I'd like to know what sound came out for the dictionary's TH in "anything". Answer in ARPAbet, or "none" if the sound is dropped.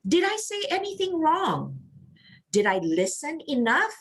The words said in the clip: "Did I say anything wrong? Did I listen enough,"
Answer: TH